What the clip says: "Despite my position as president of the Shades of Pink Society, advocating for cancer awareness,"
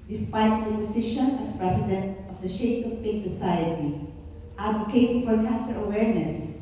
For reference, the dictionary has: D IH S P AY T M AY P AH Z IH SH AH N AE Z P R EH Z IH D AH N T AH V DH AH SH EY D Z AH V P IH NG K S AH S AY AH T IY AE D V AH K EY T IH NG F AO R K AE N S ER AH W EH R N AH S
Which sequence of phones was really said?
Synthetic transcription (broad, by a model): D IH S P AY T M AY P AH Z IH SH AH N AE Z P R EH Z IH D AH N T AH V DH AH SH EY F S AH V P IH K S AH S AY AH T IY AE D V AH K EY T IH F AO R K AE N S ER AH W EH R N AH S